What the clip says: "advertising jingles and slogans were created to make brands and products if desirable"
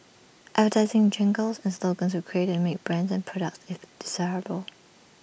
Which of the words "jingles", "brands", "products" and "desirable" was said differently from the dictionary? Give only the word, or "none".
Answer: none